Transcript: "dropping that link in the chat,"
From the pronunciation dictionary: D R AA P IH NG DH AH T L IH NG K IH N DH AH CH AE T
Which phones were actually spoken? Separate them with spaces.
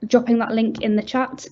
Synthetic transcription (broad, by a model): D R AA P IH NG DH AH T L IH NG K IH N DH AH CH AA T